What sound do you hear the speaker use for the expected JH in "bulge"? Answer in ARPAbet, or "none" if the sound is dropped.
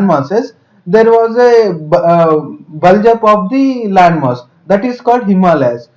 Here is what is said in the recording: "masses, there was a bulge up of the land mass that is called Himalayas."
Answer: JH